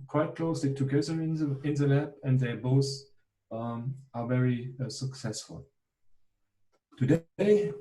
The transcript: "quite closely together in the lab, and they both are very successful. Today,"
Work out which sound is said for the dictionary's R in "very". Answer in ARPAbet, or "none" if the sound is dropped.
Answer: R